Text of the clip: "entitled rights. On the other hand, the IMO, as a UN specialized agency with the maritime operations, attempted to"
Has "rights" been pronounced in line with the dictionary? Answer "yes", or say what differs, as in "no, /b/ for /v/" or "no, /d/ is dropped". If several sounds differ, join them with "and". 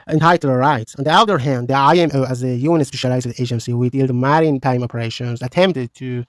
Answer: yes